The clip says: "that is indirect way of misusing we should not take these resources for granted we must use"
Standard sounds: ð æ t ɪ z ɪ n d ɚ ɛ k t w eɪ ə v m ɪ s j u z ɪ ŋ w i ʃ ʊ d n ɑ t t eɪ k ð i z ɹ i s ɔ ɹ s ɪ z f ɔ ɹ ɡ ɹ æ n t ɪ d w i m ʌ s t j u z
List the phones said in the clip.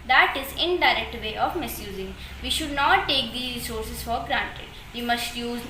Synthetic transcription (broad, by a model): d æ t ɪ z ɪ n d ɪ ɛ k t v eɪ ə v m ɪ s j u z ɪ ŋ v i ʃ ʊ d n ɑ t t eɪ k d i ɹ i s ɔ ɹ s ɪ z f ɔ ɹ ɡ ɹ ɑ n t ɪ d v i m ʌ s t j u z